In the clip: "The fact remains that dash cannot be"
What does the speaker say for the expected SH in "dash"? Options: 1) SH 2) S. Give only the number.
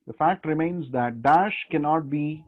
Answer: 1